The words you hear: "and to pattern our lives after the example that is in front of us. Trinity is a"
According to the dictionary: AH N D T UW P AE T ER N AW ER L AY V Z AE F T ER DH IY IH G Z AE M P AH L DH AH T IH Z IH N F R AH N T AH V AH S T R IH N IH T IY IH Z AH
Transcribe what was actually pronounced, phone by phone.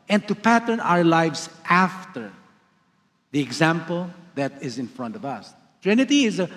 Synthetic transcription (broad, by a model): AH N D T UW P AE T ER N AW ER L AY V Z AE F T ER DH IY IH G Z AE M P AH L DH AH T IH Z IH N F R AH N T AH V AH S T R IH N IH T IY IH Z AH